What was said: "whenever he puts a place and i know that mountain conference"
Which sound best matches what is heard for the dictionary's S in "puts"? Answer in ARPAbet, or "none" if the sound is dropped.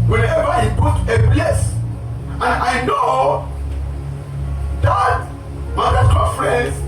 none